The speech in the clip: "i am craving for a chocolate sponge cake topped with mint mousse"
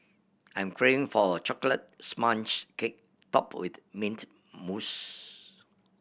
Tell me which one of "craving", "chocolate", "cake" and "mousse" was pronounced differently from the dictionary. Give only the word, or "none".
craving